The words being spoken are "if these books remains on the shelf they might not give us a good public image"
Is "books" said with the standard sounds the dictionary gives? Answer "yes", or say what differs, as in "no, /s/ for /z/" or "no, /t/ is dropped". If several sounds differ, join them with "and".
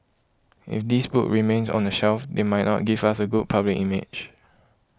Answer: no, /s/ is dropped